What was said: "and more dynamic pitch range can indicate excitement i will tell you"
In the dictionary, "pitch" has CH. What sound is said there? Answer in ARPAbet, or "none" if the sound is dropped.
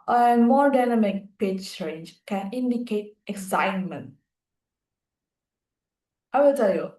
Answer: S